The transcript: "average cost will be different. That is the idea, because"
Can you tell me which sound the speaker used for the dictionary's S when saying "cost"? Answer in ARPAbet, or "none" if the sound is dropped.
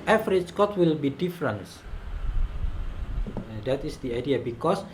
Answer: none